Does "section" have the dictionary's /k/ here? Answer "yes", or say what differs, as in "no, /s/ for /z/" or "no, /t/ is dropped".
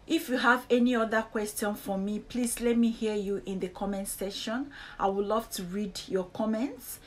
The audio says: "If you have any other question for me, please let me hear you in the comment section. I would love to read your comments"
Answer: no, /k/ is dropped